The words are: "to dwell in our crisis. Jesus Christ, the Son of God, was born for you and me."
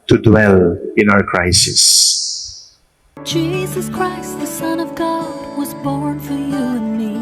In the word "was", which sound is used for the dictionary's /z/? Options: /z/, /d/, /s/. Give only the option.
/z/